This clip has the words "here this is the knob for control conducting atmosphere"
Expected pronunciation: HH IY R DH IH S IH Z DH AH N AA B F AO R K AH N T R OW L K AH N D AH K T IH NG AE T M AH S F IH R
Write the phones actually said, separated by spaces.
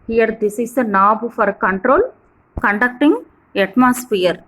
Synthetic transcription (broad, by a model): HH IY R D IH S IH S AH N AA B F AO R K AH N T R OW L K AH N D AH K T IH NG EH T M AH S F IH R